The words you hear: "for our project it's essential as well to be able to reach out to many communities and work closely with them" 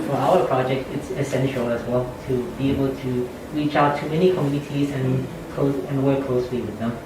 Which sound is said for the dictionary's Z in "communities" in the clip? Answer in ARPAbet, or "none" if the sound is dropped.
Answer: Z